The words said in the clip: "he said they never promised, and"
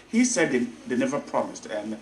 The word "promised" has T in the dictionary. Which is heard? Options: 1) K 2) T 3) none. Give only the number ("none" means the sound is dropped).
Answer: 2